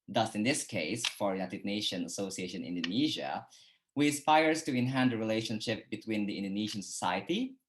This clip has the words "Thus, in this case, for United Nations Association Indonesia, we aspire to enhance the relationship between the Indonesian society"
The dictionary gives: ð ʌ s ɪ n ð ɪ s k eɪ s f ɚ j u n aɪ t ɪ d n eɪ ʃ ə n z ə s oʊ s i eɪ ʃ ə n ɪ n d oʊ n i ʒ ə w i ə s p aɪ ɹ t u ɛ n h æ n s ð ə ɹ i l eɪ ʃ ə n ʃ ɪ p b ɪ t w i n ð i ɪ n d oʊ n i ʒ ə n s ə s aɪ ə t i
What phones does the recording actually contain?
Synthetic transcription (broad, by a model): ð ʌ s ɪ n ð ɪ s k eɪ s f ɚ j u n aɪ t ɪ d n eɪ ʃ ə n ə s oʊ s i eɪ ʃ ə n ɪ n d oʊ n i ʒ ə w i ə s p aɪ ɹ t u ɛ n h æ n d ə ɹ i l eɪ ʃ ə n ʃ ɪ p b ɪ t w i n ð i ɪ n d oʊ n i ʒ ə n s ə s aɪ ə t i